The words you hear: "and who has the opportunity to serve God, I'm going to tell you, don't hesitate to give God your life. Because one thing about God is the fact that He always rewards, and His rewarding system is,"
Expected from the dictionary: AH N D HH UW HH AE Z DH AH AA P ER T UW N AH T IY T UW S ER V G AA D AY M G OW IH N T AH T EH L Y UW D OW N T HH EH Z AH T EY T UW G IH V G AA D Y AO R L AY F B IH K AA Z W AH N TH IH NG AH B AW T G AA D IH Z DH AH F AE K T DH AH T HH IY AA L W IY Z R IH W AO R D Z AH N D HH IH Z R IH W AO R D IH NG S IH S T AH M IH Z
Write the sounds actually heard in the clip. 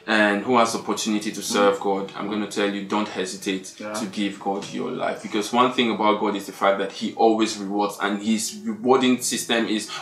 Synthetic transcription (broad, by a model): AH N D HH UW HH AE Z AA P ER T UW N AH T IY T UW S ER V G AA D AY M G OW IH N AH T EH L Y UW D OW N T HH EH Z AH T EY T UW G IH V G AA D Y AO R L AY F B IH K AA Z W AH N TH IH NG AH B AW T G AA D IH Z DH AH F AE K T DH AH T HH IY AA L W IY Z R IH W AO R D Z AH N HH IH Z R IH W AO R D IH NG S IH S T AH M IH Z